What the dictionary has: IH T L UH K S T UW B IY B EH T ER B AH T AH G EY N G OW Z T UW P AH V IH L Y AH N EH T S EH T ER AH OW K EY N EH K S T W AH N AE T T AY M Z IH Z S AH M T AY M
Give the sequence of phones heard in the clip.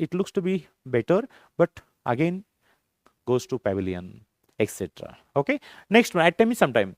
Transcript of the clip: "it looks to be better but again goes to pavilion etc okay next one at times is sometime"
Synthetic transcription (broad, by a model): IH T L UH K S T UW B IY B EH T ER B AH T AH G EY N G OW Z T UW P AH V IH L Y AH N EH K S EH T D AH OW K EY N EH K S T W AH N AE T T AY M IH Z S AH M T AY M